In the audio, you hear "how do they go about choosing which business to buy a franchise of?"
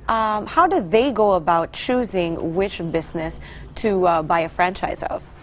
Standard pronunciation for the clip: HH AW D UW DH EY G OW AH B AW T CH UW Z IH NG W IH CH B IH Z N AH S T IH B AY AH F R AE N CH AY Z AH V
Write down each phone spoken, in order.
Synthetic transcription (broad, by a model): HH AW D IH DH EY G OW AH B AW T CH UW Z IH NG W IH CH B IH Z N AH S T IH B AY AH F R AE N CH AY Z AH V